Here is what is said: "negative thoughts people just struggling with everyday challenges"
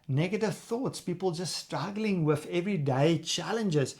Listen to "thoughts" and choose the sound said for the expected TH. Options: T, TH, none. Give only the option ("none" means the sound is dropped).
TH